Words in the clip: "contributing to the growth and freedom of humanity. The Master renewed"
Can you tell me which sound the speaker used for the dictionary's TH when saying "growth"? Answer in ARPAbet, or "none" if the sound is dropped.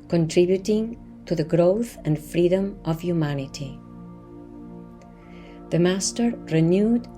TH